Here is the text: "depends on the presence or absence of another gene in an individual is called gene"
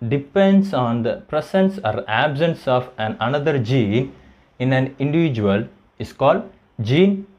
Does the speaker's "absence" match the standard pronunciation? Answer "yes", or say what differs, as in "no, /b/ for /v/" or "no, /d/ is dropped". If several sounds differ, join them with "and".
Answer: yes